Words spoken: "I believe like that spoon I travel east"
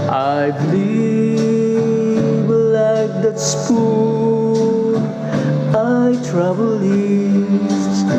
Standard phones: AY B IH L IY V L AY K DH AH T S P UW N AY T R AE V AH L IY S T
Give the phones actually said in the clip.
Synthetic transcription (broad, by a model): AY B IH L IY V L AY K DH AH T S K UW AY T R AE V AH L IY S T